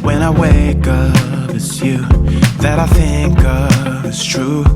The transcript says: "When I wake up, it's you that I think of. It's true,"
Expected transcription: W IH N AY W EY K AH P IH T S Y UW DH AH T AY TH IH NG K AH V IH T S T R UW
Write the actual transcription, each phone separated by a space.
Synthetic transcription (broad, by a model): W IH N AY W EY K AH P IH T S Y UW DH AH T AY TH IH NG K AH V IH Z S T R UW